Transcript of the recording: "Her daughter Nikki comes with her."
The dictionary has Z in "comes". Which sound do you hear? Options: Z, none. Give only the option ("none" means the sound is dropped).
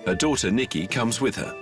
Z